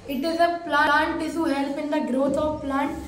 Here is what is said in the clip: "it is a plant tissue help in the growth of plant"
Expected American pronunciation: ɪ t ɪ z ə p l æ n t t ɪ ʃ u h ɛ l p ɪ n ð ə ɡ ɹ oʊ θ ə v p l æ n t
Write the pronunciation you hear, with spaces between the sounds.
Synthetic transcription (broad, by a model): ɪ t ɪ z ə p l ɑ n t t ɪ s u h ɛ l p ɪ n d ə ɡ ɹ oʊ t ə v p l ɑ n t